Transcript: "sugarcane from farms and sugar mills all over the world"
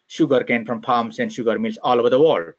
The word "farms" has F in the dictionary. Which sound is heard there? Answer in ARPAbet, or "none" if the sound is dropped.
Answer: P